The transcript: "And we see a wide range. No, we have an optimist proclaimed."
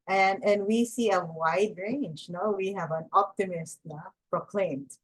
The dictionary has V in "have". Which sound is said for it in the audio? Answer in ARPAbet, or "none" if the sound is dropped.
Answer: V